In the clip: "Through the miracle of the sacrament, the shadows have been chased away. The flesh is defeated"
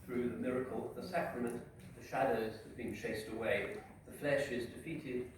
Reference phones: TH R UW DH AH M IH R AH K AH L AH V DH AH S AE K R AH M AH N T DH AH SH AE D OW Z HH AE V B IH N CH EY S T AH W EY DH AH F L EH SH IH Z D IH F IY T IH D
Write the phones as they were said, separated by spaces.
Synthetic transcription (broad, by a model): TH R UW DH AH M IH R AH K AH L DH AH S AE K R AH M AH N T DH AH SH AE D OW Z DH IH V B IH N CH EY S T AH W EY DH AH F L EH SH IH Z D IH F IY T IH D